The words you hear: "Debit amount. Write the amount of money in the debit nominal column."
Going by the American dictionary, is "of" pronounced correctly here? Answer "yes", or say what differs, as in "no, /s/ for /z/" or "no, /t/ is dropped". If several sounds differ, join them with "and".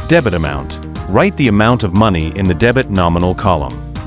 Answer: yes